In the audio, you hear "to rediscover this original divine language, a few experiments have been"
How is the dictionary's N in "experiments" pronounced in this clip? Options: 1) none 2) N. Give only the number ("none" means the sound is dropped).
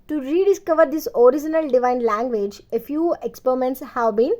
2